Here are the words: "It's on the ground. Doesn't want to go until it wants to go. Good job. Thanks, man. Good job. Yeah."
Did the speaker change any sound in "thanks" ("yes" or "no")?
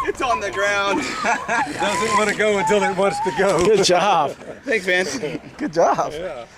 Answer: yes